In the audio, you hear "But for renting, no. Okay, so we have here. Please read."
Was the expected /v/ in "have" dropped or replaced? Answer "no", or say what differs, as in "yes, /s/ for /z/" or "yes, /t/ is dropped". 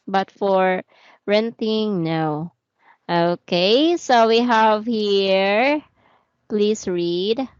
no